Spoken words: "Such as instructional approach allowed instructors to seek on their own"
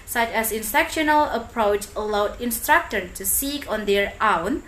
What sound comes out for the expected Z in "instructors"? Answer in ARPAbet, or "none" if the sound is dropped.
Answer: none